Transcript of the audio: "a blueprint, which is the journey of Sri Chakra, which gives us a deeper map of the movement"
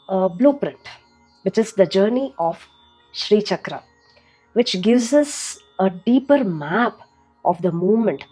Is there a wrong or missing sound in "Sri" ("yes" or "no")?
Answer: no